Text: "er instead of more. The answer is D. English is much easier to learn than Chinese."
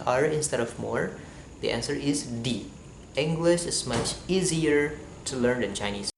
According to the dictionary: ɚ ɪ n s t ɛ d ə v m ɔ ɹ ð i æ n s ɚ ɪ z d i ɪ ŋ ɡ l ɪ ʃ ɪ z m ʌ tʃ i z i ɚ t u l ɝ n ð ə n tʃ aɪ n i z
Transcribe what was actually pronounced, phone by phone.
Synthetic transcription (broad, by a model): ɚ ɪ n s t ɛ d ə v m ɔ ɹ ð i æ n s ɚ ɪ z d i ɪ ŋ ɡ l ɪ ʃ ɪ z m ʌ tʃ i z i ɚ t u l ɝ n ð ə n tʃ aɪ n i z